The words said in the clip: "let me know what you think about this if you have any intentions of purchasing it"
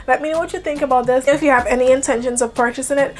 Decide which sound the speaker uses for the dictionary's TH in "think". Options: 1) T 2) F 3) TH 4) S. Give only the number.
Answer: 3